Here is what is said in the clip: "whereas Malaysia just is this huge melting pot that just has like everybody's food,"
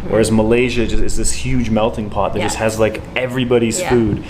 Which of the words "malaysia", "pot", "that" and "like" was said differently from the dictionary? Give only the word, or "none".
none